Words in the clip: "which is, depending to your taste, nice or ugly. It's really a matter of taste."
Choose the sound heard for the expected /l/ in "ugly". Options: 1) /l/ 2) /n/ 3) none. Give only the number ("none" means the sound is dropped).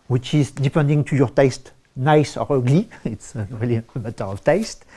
1